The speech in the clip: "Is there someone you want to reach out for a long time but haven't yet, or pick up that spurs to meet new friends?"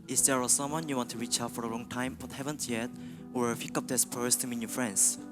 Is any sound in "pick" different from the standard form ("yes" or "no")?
yes